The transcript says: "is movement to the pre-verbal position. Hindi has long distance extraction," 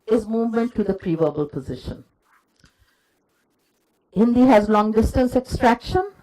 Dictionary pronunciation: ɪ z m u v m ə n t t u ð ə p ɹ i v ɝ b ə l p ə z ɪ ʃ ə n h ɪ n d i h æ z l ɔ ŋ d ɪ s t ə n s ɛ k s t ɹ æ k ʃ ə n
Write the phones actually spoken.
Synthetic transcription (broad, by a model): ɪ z m u v m ə n t t u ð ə p ɹ i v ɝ b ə l p ə z ɪ ʃ ə n h ɪ n d i h æ z l ɔ ŋ d ɪ s t ə n s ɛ k s t ɹ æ k ʃ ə n